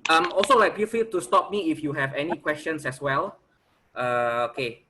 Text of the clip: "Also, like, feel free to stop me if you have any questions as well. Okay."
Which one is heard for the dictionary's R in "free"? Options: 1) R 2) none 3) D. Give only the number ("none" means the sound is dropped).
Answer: 2